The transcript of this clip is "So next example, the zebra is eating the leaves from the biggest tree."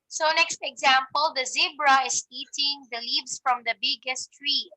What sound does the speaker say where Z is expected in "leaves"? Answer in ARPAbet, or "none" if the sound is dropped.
S